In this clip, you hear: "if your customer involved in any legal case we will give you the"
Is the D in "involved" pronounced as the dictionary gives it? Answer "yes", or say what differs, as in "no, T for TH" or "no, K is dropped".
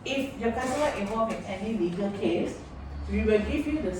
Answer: no, D is dropped